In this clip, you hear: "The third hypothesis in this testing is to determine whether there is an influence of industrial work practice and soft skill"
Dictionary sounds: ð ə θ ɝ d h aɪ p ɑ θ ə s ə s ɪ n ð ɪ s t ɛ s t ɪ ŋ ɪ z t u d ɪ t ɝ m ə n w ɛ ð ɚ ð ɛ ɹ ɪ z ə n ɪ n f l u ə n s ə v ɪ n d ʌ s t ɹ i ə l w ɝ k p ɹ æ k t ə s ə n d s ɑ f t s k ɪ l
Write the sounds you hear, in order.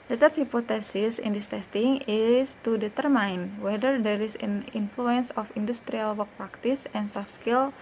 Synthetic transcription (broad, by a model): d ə t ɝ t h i p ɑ t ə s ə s ɪ n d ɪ s t ɛ s t ɪ ŋ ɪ s t u d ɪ t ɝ m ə n w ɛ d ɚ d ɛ ɹ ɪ s ə n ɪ n f l u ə n s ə f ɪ n d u s t ɹ i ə l w ɝ k p ɹ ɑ k t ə s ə n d s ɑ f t s k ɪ l